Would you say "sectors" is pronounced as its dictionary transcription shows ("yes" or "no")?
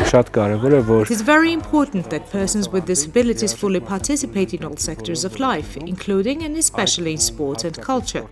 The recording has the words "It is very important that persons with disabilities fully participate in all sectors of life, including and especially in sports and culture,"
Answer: yes